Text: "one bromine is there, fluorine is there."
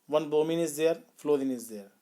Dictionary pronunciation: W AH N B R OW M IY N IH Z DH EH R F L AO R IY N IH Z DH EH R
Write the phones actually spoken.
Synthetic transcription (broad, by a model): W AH N B OW M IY N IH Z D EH R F L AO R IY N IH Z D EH R